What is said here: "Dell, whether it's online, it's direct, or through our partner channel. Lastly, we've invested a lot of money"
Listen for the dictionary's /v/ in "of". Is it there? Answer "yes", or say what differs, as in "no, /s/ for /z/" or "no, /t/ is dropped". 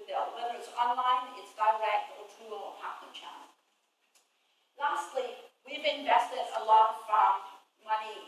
no, /f/ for /v/